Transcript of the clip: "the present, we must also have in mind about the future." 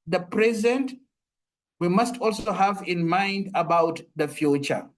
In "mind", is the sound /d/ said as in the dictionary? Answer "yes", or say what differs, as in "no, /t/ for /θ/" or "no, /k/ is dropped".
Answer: yes